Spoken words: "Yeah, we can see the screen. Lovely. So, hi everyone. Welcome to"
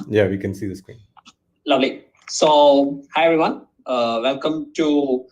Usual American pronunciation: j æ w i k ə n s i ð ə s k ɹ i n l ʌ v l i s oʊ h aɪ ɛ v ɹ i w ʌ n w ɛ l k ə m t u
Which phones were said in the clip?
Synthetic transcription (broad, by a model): j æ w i k ə n s i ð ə s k w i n l ʌ v l i s oʊ h aɪ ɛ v ɹ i w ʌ n w ɛ l k ə m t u